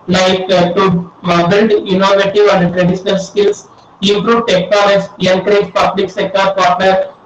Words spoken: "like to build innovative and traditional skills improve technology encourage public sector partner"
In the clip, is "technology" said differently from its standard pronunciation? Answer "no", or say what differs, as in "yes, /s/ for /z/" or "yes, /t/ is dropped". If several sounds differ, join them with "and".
yes, /n/ is dropped